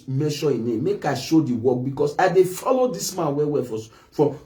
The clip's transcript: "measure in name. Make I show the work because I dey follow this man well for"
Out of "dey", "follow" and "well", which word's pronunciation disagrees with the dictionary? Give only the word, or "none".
well